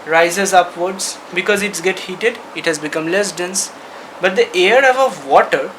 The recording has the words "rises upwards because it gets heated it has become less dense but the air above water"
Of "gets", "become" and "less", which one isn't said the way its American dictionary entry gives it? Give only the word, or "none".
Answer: gets